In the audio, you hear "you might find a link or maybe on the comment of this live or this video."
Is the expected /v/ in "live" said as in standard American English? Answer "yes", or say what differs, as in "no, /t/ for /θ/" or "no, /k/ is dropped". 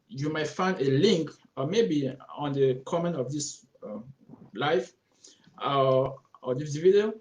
no, /f/ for /v/